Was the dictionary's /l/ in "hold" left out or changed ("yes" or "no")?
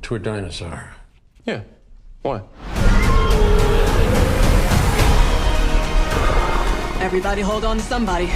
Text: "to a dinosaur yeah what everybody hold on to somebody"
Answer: no